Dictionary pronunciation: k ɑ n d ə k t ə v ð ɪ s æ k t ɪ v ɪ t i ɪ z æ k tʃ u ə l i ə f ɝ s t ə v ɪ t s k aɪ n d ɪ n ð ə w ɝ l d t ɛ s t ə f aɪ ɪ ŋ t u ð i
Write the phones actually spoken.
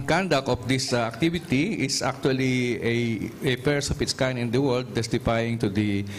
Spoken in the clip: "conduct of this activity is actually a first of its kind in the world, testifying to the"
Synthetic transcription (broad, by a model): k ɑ n d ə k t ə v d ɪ s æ k t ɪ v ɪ t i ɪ s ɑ k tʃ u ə l i ə p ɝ s ə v ɪ t s k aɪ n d ɪ n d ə w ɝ l d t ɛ s t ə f aɪ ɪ ŋ t u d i